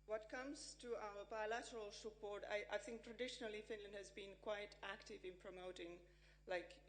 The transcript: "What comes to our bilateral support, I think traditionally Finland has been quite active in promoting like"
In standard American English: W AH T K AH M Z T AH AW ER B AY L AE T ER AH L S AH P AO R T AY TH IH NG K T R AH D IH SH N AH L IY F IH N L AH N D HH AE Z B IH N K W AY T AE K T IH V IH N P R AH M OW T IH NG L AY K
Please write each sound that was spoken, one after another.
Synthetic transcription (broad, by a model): W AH T K AH M Z T AH AW ER B AY L AE T ER AH L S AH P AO R T AY TH IH NG K T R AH D IH SH N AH L IY F IH N L AH N D HH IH Z B IH N K W AY T AE K T IH V IH N P R AH M OW T IH NG L AY K